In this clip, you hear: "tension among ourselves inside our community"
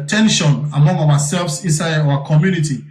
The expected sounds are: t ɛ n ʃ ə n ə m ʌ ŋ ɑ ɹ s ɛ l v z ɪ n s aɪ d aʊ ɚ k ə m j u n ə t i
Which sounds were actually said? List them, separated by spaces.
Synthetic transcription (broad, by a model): t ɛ n ʃ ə n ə m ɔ ŋ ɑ w s ɛ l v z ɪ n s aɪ aʊ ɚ k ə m j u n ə t i